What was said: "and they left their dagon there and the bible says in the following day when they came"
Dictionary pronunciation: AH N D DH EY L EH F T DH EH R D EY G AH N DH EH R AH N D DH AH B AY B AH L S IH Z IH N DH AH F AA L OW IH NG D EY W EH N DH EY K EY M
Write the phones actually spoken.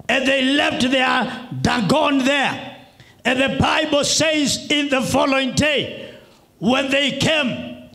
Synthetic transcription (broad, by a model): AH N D DH EY L EH F T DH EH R D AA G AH N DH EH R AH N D DH AH B AY B AH L S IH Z IH N DH AH F AA L OW IH NG D EY W EH N DH EY K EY M